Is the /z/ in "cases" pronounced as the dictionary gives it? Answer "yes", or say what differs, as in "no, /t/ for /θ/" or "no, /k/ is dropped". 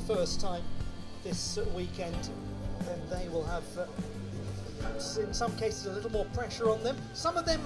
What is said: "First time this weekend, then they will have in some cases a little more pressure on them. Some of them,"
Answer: yes